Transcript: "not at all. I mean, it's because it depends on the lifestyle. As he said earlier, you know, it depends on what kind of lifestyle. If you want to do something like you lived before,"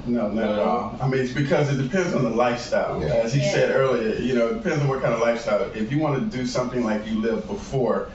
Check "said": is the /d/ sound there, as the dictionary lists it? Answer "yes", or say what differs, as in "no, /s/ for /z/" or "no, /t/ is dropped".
yes